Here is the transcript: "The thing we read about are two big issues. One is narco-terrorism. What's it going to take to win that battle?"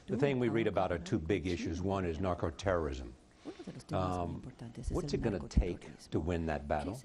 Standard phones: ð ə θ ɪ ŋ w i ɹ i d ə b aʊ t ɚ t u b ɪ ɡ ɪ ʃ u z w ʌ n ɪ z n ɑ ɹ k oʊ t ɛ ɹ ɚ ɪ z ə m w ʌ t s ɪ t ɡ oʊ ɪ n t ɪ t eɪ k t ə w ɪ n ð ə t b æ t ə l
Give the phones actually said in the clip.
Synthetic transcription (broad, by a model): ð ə θ ɪ ŋ w i ɹ i d ə b aʊ t ɚ t u b ɪ ɡ ɪ ʃ u z w ʌ n ɪ z n ɑ ɹ k oʊ t ɛ ɹ ɚ ɪ z ə m w ʌ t s ɪ t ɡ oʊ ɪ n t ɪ t eɪ k t ə w ɪ n ð ə t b æ t l